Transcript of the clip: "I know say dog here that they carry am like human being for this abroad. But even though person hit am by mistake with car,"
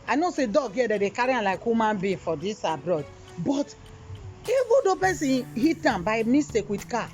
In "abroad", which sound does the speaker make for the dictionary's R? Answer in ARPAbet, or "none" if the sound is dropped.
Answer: R